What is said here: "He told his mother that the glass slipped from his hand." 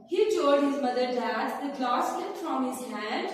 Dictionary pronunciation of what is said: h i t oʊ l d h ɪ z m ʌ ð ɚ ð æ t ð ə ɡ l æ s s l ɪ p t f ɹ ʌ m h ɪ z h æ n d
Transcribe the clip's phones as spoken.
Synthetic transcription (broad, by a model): h i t oʊ d h ɪ z m ʌ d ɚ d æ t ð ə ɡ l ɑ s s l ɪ t f ɹ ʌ m h ɪ z h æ n d